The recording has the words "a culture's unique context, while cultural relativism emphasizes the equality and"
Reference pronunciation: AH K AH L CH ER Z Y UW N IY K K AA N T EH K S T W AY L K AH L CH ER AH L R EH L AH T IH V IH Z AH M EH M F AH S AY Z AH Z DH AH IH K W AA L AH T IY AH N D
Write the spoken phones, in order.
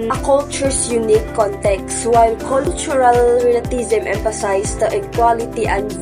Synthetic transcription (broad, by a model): K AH L CH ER S Y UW N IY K K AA N T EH K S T W AY L K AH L CH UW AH L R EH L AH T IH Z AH M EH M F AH S AY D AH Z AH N K W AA L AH T IY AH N